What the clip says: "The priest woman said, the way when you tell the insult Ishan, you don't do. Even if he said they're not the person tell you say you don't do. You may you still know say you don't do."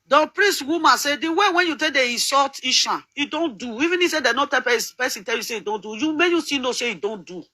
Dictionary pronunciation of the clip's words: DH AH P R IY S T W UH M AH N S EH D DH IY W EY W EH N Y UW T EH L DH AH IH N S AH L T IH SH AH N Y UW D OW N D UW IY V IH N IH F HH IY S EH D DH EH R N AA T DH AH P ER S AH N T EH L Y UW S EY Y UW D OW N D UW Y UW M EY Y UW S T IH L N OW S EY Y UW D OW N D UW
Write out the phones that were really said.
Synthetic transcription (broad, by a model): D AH P R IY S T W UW M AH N S EH D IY W EY W EH N Y UW T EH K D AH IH S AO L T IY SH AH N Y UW D OW N D UW IY V IH N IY S EH D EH N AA T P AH P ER S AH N T EH L Y UW S EY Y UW D OW N D UW Y UW M EY Y UW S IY N OW S EY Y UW D OW N D UW